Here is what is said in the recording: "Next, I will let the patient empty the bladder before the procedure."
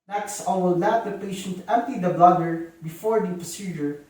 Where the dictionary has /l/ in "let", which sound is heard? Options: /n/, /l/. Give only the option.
/n/